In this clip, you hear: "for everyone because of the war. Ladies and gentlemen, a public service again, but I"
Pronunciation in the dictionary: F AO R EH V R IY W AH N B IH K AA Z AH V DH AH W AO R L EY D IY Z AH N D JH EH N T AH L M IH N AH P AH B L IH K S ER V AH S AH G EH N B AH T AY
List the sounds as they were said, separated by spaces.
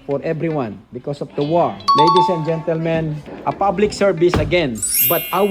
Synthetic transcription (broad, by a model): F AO R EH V R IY W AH N B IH K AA S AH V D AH W AO R L EY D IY S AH N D JH EH N T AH L M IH N AH P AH B L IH K S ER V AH S AH G EH N B AH T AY